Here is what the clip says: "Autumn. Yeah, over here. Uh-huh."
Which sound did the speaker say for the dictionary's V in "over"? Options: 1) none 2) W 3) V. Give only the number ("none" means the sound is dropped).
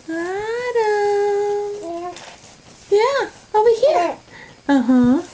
1